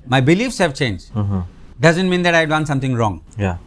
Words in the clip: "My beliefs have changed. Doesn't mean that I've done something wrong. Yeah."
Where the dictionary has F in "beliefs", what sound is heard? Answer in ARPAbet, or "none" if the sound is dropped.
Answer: F